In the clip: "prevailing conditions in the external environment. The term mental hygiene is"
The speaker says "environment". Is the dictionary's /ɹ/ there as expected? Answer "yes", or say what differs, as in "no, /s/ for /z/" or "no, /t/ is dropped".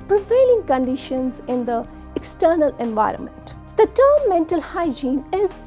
yes